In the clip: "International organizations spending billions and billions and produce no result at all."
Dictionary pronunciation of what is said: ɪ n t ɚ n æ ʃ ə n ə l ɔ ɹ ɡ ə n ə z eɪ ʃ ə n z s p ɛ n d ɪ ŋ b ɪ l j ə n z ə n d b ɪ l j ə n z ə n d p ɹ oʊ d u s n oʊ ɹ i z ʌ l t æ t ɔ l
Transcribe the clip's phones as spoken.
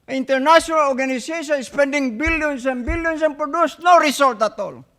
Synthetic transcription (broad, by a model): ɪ n t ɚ n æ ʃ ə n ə l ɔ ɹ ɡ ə n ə s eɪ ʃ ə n s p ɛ n d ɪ ŋ b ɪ l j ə n s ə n b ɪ l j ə n s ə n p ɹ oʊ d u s n oʊ ɹ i s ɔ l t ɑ t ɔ l